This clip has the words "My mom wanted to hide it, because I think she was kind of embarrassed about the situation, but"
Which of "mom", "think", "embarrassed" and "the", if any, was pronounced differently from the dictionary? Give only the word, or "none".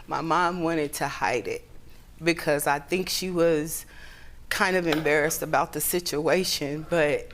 none